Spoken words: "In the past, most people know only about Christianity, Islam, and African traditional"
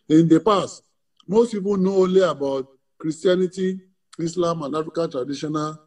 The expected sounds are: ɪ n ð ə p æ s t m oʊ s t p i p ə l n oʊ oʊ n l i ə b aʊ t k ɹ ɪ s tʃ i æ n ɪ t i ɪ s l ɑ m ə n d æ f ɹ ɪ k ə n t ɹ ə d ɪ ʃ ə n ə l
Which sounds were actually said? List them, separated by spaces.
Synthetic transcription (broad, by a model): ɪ n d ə p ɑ s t m oʊ s t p i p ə n oʊ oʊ l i ə b aʊ t k ɹ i s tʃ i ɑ n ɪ t i ɪ s l ɑ m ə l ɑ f ɪ k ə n t ɹ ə d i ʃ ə n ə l